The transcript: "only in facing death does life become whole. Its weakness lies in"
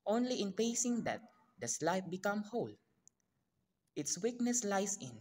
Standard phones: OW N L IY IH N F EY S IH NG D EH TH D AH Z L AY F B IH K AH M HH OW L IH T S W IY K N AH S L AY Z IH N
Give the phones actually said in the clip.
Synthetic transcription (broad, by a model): OW N L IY IH N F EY S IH NG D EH T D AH S L AY F B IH K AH M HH OW L IH T S W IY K N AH S L AY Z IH N